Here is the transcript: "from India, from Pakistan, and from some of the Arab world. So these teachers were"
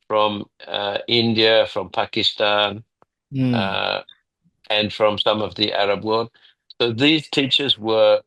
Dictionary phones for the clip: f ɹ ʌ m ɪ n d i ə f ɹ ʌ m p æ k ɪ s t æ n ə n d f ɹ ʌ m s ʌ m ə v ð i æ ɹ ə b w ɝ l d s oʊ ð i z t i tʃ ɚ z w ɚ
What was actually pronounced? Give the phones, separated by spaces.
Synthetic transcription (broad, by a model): f ɹ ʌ m ɪ n d i ə f ɹ ʌ m p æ k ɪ s t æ n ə n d f ɹ ʌ m s ʌ m ə v ð i æ ɹ ə b w ɝ l d s oʊ ð i z t i tʃ ɚ z w ɚ